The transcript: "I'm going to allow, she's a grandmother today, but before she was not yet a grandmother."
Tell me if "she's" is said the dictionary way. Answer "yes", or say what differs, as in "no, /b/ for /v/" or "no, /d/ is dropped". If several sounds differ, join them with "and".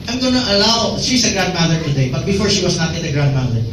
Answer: no, /s/ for /z/